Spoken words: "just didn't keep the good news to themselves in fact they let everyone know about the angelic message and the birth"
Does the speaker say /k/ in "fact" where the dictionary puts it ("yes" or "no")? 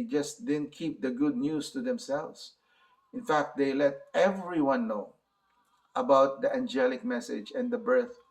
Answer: yes